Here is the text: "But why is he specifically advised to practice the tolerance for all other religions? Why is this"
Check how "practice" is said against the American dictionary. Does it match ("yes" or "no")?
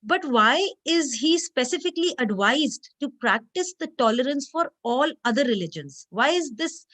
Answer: yes